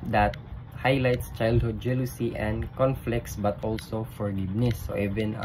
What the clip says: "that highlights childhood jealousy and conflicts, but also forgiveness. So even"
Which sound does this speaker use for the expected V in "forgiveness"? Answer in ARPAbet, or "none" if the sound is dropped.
B